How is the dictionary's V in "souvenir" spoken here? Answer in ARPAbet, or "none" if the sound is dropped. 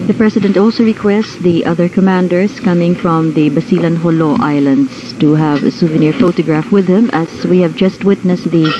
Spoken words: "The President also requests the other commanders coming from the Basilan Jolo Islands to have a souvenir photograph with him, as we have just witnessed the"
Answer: V